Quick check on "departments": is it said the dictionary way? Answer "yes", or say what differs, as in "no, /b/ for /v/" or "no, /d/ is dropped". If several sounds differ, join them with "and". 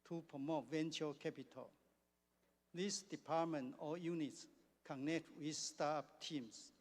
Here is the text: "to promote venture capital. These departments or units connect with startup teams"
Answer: no, /s/ is dropped